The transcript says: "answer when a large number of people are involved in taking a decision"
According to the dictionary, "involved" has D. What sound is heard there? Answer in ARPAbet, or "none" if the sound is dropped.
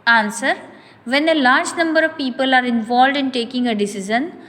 D